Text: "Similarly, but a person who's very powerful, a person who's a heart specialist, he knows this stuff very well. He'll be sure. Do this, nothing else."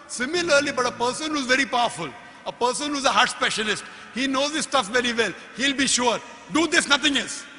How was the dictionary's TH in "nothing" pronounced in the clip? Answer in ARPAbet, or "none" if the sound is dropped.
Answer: T